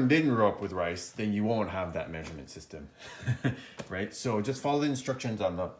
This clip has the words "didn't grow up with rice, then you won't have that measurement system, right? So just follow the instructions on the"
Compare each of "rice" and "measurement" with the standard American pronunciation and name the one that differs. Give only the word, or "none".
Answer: none